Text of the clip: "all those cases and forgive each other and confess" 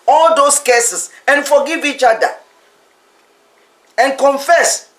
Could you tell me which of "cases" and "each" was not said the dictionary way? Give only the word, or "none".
cases